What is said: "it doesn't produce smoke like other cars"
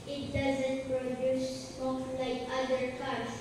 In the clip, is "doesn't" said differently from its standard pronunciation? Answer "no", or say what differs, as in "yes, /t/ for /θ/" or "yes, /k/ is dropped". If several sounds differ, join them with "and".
no